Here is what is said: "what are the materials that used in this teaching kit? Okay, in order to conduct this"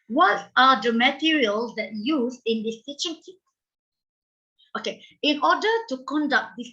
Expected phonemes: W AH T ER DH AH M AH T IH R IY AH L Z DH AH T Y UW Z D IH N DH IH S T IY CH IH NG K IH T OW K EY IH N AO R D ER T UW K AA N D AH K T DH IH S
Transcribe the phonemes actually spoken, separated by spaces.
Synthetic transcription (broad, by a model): W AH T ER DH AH M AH T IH R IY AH L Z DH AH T Y UW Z IH N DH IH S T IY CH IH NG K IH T OW K EY IH N AO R D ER T UW K AA N D AH K T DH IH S